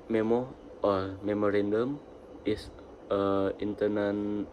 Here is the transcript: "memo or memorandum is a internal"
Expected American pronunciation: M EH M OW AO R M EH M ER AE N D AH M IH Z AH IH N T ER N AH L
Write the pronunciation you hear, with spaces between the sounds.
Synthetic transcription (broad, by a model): M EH M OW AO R M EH M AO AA N D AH M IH S AH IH N T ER N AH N